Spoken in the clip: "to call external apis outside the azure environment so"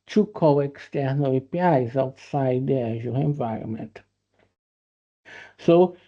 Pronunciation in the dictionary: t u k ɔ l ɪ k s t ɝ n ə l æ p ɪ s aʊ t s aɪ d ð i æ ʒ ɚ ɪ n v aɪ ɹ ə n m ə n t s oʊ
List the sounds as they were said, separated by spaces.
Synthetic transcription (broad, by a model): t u k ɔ w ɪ k s t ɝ n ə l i p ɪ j aʊ t s aɪ d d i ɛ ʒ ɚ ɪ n v aɪ ɹ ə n m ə n t s oʊ